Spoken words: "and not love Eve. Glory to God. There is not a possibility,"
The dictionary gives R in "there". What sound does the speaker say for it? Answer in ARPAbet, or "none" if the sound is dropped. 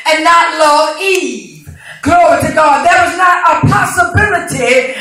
W